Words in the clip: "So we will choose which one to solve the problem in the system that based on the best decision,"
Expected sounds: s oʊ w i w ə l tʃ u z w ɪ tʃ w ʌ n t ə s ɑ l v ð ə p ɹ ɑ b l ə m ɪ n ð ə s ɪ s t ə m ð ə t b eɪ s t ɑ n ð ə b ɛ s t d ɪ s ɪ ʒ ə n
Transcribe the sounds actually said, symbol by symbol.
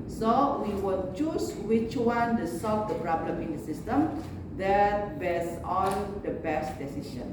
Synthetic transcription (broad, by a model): s oʊ w i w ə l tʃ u s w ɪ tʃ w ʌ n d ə s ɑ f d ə p ɹ ɑ b l ə m ɪ n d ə s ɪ s t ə m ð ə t b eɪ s ɑ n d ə b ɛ s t d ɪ s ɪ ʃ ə n